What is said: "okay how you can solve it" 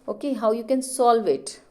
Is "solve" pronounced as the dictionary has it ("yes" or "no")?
yes